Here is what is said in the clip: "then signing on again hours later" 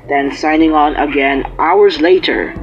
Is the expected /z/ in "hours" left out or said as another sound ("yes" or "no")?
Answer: no